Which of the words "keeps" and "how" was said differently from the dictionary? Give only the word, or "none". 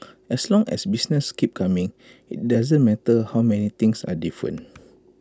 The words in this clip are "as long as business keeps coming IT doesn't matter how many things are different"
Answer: keeps